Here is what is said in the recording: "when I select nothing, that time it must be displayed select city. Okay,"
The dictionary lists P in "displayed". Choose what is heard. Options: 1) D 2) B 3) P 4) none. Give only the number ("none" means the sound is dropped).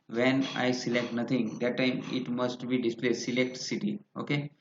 3